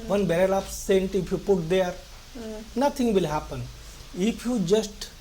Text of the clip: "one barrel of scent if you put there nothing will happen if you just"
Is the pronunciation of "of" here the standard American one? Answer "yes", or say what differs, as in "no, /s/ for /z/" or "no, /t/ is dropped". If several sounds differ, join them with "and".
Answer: no, /p/ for /v/